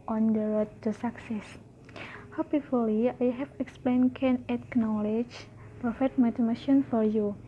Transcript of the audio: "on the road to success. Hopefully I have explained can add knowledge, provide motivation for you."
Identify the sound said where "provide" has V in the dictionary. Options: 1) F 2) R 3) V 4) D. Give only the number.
1